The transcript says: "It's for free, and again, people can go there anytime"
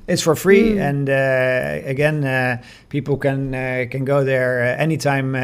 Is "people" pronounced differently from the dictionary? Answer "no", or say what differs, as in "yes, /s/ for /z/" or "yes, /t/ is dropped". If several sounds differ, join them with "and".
yes, /n/ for /l/